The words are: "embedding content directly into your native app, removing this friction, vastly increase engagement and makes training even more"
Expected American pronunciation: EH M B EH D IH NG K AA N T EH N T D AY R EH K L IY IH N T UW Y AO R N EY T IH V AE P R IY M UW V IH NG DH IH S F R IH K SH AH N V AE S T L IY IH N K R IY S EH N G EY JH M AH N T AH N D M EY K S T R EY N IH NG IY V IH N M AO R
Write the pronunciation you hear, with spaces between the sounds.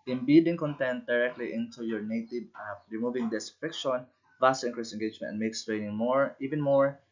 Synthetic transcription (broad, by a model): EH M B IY D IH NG K AA N T EH N T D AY R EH K L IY IH N T UW Y AO R N EY T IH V R IY M UW V IH NG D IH S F IH K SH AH N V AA S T IY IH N K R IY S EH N G EY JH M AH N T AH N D M EY K S T R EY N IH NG IY V IH N M AO R